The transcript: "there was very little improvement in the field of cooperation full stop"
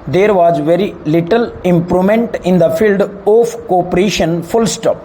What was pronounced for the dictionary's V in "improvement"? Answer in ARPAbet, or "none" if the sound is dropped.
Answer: none